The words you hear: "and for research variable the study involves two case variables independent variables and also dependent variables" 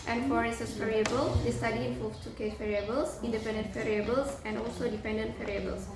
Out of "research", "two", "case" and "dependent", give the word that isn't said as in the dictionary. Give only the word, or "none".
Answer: research